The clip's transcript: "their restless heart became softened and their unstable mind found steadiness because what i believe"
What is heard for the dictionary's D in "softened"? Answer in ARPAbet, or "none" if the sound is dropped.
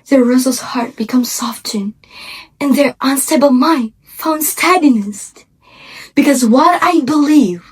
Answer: none